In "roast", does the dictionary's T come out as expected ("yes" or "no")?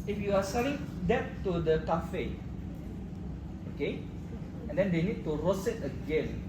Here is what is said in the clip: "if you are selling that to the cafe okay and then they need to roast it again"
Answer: no